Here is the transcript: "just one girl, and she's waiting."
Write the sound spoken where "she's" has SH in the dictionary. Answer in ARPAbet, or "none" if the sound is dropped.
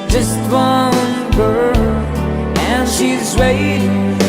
SH